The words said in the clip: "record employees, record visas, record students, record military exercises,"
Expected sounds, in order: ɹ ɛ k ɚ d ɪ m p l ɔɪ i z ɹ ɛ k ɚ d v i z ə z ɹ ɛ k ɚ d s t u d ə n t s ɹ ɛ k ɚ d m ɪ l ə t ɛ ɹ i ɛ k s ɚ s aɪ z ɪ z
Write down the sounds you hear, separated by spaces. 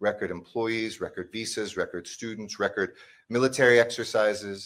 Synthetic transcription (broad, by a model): ɹ ɛ k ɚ d ɪ m p l ɔɪ i z ɹ ɛ k ɚ d v i s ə z ɹ ɛ k ɚ d s t u d n t s ɹ ɛ k ɚ d m ɪ l ə t ɛ ɹ i ɛ k s ɚ s aɪ z ɪ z